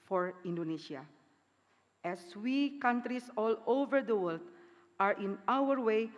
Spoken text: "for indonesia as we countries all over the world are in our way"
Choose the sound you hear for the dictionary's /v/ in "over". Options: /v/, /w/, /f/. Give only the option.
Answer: /v/